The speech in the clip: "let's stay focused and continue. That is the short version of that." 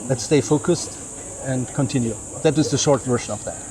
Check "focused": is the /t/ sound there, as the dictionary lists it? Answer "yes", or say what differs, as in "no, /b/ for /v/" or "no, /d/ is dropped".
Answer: yes